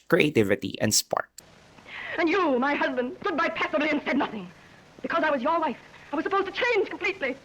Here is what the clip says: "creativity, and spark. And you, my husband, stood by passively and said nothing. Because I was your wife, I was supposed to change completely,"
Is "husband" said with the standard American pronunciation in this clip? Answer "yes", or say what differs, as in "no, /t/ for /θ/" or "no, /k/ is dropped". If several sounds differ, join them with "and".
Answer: yes